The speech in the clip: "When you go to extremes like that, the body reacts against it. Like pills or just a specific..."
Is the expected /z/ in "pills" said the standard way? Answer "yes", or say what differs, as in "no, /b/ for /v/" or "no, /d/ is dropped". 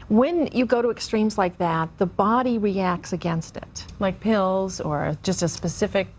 yes